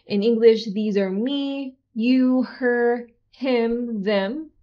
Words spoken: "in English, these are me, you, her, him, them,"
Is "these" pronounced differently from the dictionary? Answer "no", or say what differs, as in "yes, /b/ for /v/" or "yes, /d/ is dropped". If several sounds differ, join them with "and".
no